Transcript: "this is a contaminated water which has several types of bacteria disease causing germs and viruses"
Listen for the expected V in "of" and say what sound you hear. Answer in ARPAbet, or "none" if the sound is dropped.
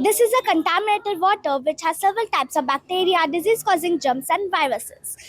V